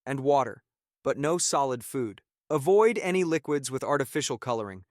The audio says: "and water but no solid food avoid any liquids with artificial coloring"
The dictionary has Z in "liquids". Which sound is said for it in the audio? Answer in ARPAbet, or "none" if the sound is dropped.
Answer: Z